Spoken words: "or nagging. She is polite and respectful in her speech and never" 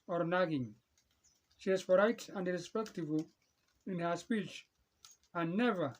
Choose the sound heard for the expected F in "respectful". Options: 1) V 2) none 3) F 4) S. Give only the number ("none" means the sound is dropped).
2